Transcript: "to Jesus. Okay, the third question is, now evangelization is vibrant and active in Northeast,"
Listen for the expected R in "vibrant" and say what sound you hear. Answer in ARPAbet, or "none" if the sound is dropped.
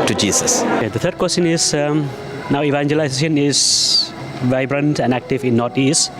R